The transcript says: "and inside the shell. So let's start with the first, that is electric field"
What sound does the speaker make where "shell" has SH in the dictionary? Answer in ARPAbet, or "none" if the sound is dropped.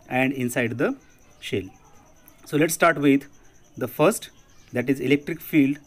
SH